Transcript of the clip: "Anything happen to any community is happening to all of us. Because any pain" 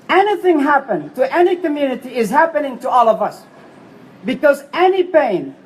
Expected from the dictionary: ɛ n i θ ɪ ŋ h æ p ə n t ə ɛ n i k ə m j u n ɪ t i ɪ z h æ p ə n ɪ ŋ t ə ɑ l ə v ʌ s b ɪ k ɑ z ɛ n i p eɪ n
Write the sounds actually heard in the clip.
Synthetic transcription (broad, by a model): ɛ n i θ ɪ ŋ h æ p ə n t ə ɛ n i k ə m j u n ɪ t i ɪ z h æ p ə n ɪ ŋ t ə ɑ l ə v ʌ s b ɪ k ɑ z ɛ n i p eɪ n